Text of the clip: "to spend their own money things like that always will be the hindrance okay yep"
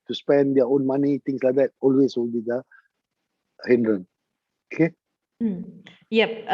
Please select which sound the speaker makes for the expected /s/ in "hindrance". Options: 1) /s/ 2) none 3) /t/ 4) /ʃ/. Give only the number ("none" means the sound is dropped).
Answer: 2